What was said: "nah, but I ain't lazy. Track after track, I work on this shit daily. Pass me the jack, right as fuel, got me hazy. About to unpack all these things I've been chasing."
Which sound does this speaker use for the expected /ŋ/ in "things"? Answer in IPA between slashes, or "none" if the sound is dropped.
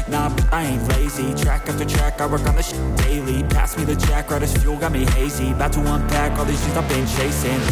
none